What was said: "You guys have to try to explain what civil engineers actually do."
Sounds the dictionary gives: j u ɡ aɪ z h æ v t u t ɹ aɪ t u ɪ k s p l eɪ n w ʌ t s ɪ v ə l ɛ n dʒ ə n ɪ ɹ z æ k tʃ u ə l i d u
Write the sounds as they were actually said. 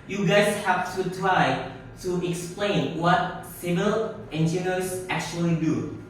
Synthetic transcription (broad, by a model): j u ɡ aɪ s h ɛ f t u t ɹ aɪ t u ɪ k s p l eɪ n w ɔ t s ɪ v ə l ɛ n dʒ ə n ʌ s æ k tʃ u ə l i d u